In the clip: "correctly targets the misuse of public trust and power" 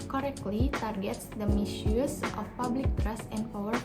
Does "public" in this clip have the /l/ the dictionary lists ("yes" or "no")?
yes